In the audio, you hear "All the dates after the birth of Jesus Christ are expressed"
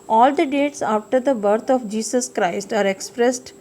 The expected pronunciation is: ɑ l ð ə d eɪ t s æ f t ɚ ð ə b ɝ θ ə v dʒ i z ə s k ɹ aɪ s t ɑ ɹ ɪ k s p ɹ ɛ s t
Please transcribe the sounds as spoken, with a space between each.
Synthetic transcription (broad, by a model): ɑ l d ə d eɪ t s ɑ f t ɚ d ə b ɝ t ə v dʒ i s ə s k ɹ aɪ s t ɑ ɹ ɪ k s p ɹ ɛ s t